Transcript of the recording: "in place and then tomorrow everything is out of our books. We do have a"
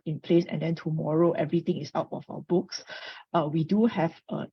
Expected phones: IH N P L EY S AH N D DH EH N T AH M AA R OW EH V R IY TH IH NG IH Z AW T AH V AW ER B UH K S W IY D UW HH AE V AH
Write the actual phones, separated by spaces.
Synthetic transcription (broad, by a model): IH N P L EY S AH N D EH N T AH M AA R OW EH V R IY T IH NG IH S AW T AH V AW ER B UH K S W IY D UW HH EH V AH